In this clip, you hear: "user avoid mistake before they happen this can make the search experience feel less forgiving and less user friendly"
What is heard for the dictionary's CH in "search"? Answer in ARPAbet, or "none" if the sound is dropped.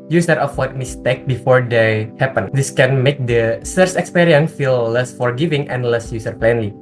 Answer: S